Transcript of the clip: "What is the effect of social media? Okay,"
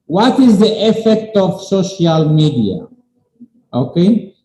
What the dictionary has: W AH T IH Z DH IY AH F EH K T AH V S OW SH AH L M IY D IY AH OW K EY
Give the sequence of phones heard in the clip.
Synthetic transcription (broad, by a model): W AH T IH Z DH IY AH F EH K T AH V S OW SH AH L M IY D IY AH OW K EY